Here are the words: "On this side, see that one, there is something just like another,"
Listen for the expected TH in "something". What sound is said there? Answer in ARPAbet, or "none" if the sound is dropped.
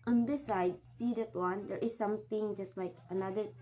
T